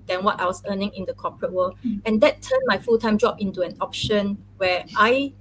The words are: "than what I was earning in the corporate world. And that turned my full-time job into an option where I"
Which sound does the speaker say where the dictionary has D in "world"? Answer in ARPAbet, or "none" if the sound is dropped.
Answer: none